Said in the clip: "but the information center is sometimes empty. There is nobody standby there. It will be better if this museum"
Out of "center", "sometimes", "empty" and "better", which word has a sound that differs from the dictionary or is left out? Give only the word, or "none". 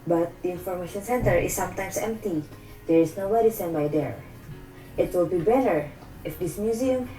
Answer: sometimes